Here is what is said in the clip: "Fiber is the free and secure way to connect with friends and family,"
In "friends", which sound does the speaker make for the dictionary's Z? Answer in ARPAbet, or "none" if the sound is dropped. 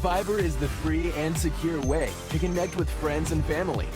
Z